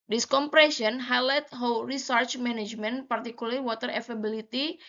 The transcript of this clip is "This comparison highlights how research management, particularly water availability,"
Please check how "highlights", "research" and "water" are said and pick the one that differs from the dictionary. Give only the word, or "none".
highlights